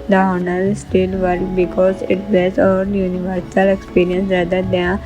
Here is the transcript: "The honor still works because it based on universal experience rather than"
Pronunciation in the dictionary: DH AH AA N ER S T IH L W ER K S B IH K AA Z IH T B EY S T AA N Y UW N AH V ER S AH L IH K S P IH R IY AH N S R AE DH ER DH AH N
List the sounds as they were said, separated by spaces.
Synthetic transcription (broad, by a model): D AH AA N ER S T IH L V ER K B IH K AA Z IH T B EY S AA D Y UW N AH V ER S AH L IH K S P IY R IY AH N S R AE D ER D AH